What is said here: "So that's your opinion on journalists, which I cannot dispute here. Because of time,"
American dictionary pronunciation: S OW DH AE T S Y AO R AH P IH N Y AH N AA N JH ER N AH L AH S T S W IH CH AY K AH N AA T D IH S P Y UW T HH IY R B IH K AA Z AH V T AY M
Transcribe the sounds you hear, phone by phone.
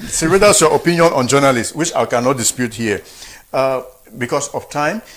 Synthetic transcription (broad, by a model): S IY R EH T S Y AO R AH P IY N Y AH N AA N JH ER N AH L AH S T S W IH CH AY K AH N AA T D IH S P Y UW T HH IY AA B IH K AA S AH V T AY M